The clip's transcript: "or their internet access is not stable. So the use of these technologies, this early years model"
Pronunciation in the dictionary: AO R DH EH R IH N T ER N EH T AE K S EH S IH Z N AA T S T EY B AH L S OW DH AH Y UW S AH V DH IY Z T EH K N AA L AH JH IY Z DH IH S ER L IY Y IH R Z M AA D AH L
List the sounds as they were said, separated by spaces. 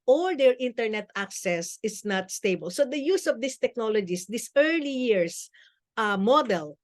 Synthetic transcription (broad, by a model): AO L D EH R IH N T ER N EH T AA K S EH S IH S N AA T S T EY B AH L S OW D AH Y UW S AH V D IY S T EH K N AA L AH JH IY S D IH S ER L IY Y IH R S M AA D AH L